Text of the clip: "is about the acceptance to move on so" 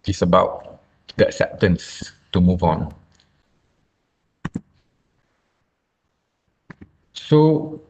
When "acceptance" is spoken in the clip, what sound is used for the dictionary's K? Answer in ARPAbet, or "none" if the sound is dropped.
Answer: none